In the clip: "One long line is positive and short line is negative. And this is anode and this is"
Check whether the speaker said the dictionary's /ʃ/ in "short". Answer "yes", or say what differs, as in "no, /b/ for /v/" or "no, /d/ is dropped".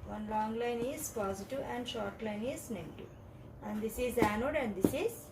yes